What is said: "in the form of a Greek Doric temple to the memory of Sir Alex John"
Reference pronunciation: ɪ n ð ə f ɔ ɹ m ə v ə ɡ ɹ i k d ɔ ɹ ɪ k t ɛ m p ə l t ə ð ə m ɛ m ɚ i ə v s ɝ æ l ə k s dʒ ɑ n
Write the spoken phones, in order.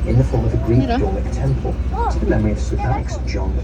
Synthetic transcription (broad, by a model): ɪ n ð ə f ɔ ɹ m ə v ə ɡ ɹ i k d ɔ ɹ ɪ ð t ɛ m p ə l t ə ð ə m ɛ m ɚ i ə v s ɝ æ ə k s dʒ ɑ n